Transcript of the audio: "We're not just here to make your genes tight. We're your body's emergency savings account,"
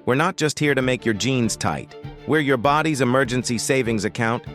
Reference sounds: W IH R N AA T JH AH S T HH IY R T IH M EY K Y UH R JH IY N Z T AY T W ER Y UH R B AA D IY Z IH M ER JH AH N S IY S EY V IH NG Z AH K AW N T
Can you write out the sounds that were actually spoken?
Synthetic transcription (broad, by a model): W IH R N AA T JH AH S T HH IY R T IH M EY K Y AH R JH IY N Z T AY T W ER Y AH R B AA D IY Z IH M ER JH AH N S IY S EY V IH NG Z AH K AW N T